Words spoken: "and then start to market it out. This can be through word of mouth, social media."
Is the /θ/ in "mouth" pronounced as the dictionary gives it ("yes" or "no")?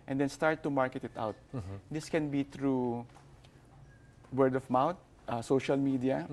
no